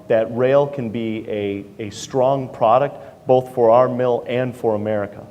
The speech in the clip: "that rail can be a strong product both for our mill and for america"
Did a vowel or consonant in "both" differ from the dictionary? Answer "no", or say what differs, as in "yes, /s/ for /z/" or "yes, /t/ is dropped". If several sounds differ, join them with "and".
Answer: no